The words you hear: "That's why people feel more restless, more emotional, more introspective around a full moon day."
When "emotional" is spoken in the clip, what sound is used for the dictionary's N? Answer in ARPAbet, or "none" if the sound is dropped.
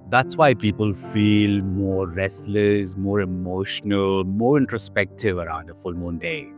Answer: N